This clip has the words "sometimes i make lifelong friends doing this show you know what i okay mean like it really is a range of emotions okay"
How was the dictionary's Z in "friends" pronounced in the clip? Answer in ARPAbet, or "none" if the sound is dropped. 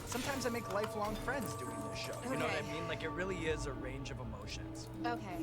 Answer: Z